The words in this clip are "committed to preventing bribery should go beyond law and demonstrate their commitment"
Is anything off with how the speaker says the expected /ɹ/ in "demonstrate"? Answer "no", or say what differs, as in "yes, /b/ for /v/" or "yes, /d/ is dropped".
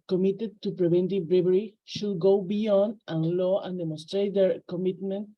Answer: no